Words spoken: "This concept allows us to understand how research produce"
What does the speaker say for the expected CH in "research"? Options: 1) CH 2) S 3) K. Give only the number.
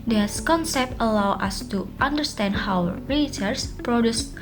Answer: 2